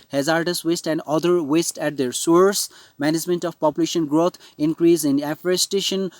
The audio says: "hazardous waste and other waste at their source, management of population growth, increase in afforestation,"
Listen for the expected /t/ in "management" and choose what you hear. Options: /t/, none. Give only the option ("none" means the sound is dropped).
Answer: /t/